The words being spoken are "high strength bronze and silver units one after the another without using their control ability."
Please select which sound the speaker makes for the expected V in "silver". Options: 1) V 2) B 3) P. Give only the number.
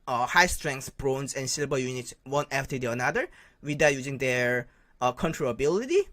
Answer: 2